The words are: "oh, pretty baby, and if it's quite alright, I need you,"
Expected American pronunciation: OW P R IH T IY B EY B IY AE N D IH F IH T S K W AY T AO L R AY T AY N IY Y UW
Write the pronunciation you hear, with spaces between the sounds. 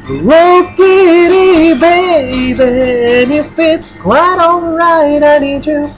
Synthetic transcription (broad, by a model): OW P IH T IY B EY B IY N IH F IH T S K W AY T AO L R AY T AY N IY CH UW